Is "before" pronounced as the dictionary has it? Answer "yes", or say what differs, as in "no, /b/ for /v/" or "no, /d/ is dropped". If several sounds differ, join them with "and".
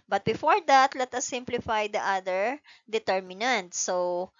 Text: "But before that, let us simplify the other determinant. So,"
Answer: yes